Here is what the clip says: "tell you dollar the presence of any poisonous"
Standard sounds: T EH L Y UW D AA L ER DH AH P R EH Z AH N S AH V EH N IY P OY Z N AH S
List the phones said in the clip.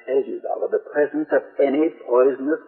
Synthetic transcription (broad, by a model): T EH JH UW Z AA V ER DH AH P R EH Z AH N S AH V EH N IY P OY Z N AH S